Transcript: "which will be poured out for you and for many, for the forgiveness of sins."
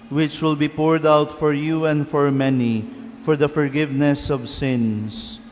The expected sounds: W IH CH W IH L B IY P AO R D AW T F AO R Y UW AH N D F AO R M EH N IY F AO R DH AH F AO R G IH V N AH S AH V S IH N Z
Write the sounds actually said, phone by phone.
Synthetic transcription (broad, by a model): W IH CH W IH L B IY P AO R D AW T F AO R Y UW AH N D F AO R M EH N IY F AO R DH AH F AO R G IH V N AH S AH V S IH N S